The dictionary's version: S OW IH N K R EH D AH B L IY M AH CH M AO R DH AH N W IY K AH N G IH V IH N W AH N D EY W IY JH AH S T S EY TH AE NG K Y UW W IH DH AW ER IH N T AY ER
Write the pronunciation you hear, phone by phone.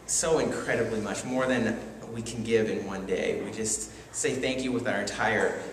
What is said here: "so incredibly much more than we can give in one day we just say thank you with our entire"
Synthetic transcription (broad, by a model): S OW IH N K R EH D AH B L IY M AH CH M AO R DH AH N W IY K N G IH V IH N W AH N D EY W IY JH AH S T S EY TH AE NG K Y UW W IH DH AW ER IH N T AY ER